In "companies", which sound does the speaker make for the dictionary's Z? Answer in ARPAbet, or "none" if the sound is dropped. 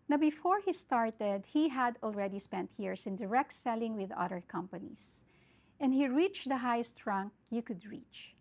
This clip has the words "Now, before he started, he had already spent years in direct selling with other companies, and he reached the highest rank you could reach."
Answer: S